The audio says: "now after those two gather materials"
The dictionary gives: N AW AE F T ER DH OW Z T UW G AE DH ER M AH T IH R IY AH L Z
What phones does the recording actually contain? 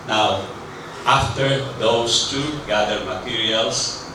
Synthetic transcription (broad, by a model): N AW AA F T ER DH OW S T UW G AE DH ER M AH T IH R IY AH L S